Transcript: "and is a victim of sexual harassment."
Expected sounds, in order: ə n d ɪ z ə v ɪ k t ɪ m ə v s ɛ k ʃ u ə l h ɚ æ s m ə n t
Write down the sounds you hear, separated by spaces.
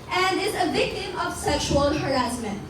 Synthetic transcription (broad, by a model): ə n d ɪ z ə v ɪ k t ɪ m ə v s ɛ k ʃ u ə l h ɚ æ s m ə n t